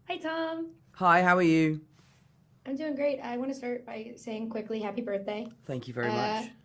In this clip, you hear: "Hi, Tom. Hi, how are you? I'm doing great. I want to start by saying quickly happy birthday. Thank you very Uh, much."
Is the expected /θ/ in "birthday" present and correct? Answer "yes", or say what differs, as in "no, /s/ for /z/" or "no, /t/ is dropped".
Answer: yes